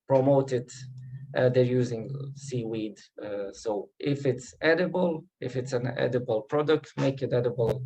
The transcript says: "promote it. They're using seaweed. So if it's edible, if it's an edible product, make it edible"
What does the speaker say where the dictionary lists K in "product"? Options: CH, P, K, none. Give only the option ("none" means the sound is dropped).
K